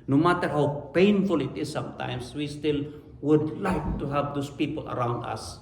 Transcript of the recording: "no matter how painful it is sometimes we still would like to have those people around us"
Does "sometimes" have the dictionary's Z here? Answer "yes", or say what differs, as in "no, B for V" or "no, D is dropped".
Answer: no, S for Z